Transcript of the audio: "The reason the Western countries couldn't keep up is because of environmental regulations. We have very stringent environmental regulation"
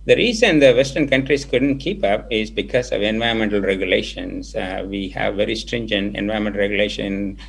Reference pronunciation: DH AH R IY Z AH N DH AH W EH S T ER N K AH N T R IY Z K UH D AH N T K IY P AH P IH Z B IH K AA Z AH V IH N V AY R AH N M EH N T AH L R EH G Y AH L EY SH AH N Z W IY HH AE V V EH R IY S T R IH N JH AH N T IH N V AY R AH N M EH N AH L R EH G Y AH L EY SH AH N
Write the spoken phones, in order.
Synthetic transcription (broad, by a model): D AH R IY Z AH N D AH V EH S T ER N K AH N T R IY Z K UH D AH N T K IY P AH P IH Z B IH K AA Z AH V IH N V AY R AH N M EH N T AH L R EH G Y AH L EY SH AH N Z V IY HH AE V V EH R IY S T R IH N JH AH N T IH N V AY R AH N M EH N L R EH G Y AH L EY SH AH N